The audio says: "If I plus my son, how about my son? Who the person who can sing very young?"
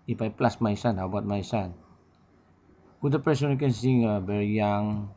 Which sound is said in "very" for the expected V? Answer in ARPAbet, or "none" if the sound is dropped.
B